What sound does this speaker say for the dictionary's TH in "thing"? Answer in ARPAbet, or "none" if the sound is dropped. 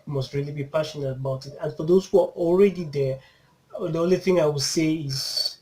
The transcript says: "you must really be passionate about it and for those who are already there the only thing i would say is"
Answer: TH